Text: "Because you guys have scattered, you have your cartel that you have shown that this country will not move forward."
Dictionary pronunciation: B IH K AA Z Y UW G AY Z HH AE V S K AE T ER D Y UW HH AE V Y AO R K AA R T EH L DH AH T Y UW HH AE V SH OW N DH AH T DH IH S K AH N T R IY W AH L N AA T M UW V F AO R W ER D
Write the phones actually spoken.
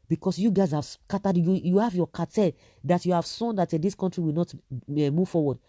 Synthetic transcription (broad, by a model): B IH K AA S Y UW G AY Z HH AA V S K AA T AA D Y UW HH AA V Y AO K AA T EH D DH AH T Y UW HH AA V S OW N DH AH T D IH S K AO N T R IY W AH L N AA T M UW V F AO W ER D